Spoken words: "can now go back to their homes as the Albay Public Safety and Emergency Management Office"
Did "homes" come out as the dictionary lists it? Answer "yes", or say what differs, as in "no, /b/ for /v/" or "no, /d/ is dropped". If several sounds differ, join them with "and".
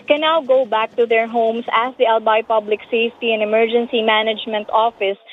no, /s/ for /z/